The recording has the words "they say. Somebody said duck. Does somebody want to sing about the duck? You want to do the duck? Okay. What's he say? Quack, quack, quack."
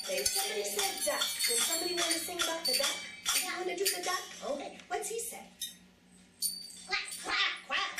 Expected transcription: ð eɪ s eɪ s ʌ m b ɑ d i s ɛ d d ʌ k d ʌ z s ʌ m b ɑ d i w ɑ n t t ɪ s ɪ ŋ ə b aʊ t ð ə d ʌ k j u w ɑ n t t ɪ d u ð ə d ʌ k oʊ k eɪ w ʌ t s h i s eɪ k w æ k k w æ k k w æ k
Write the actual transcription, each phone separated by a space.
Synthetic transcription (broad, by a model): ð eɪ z s ʌ m b ɑ d i s ɛ d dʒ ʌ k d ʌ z s ʌ m b ɑ d i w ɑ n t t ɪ θ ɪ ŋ ə b aʊ t ð ə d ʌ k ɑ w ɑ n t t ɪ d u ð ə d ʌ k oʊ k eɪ w ʌ t s h i s eɪ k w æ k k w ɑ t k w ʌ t